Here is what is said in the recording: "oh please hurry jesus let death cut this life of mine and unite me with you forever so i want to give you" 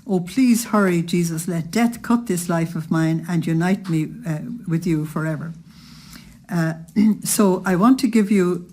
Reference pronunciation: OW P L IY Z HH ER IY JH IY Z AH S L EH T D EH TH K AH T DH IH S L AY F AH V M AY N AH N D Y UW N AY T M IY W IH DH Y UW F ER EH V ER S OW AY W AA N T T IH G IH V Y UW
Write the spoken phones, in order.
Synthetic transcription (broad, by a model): OW P L IY Z HH ER IY JH IY Z AH S L EH T D EH TH K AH T DH IH S L AY F AH V M AY N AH N Y UW N AY T M IY W IH DH Y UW F ER EH V ER S OW AY W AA N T T IH G IH V Y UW